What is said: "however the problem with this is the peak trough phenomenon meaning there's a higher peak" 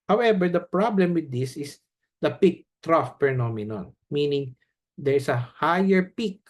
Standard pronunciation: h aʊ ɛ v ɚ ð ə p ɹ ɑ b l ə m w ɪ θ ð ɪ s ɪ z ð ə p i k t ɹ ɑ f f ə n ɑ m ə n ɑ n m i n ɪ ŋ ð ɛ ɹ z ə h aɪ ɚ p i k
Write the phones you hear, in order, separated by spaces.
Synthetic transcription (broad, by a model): h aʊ ɛ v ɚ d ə p ɹ ɑ b l ə m w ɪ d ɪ s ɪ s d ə p i k t ɹ ɑ f p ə n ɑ m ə n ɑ n m i n ɪ ŋ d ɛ ɹ s ə h aɪ ɚ p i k